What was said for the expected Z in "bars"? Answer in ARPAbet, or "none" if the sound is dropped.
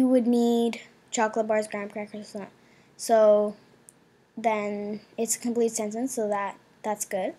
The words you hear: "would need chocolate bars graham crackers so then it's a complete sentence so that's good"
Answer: Z